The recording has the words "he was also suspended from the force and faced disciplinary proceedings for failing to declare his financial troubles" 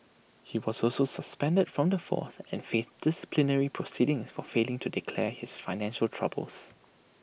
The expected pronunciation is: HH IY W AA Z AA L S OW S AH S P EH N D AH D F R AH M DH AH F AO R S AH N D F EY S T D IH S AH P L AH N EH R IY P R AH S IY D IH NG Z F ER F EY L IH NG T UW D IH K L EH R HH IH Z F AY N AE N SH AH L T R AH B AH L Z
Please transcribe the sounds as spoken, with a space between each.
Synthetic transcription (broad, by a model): HH IY W AA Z AA L S OW S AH S P EH N D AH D F R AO M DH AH F AO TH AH N F EY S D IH S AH P L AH N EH R IY P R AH S IY D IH NG S F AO F EY L IH NG T UW D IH K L EH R HH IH S F AY N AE N SH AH L T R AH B AH L S